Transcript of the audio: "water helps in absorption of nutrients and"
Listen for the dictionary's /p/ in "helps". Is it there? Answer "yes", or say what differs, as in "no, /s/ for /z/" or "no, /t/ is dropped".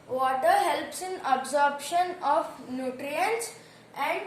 yes